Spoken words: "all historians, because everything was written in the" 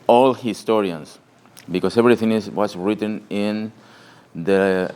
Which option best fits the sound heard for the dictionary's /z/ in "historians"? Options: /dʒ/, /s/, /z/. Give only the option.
/s/